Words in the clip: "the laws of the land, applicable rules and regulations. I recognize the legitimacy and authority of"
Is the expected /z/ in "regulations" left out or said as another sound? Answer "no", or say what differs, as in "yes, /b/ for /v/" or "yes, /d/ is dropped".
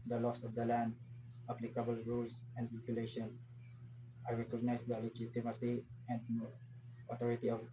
yes, /z/ is dropped